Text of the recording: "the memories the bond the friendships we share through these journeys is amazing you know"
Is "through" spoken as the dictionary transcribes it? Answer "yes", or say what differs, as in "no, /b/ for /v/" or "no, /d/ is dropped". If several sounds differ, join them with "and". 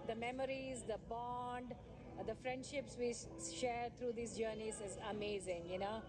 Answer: no, /t/ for /θ/